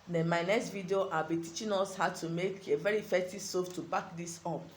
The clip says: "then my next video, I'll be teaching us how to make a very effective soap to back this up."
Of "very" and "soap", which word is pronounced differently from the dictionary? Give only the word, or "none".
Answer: soap